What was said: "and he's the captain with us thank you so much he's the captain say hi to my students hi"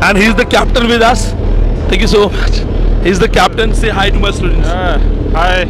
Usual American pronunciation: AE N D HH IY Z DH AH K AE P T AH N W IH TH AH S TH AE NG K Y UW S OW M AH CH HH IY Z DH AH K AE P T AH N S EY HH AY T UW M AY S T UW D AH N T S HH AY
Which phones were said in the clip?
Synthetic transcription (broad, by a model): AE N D HH IY Z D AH K AE P T AH N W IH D AH S T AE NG K Y UW S OW M AH CH HH IY Z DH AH K AE P T AH N S EY HH AY T UW M AY S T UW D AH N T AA HH AY